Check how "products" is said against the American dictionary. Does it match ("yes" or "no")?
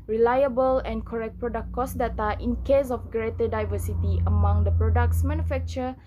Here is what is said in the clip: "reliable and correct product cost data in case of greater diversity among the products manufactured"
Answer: yes